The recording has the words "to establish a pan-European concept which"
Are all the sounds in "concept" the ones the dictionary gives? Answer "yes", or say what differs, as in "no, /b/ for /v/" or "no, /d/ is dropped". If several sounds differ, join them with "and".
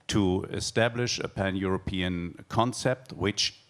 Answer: yes